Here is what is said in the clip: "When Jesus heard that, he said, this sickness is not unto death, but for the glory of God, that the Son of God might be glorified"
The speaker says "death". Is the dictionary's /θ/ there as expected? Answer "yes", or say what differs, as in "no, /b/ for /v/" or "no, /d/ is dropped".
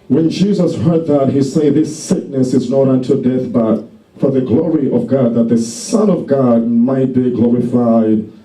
yes